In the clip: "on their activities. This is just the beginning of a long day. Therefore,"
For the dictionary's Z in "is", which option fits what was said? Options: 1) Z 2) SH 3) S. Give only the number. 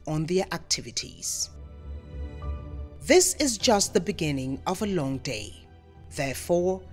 1